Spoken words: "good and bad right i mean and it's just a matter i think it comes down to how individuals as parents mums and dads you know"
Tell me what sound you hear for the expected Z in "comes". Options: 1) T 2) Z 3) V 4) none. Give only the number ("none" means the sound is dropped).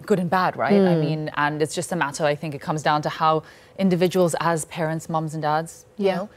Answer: 2